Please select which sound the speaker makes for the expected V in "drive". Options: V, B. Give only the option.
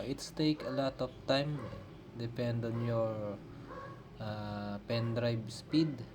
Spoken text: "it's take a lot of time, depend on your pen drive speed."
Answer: B